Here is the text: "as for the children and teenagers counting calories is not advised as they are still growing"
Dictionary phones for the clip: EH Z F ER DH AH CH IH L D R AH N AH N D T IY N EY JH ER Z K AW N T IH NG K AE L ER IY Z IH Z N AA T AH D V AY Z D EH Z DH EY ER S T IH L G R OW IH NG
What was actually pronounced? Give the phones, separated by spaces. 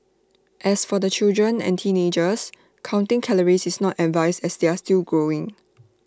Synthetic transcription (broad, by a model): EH S F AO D AH CH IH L D R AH N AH N T IY N EY JH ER S K AW N T IH NG K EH L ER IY S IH S N AA T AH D V AY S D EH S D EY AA S T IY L G R OW IH NG